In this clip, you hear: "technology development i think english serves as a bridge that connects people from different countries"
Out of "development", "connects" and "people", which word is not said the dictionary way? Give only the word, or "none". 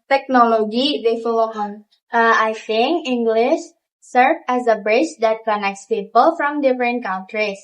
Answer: development